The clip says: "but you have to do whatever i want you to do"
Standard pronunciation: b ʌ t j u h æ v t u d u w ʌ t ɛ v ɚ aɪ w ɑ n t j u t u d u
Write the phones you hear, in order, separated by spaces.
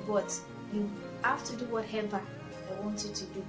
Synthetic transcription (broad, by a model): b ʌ t j u h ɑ f t u d u w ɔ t ɛ v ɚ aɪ w ɑ n t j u t u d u